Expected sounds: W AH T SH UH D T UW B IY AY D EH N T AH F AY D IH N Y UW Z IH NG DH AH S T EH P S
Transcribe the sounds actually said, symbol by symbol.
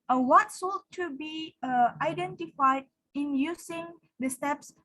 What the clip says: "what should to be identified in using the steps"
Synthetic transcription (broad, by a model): W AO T S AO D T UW B IY AY D EH N T AH F AY D IH N Y UW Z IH NG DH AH S T EH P S